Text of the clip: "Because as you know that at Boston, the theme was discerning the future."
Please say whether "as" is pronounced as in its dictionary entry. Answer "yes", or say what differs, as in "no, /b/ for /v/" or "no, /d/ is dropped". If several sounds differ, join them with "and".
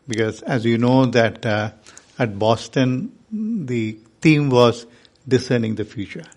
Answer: yes